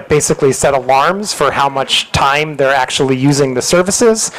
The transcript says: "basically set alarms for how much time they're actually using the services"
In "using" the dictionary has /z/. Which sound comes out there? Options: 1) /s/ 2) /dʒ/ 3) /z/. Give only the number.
3